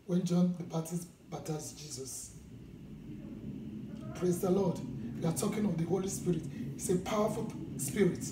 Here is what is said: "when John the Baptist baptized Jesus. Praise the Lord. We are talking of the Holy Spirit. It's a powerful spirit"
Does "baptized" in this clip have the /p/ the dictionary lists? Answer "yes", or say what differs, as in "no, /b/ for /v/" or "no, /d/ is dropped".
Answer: no, /p/ is dropped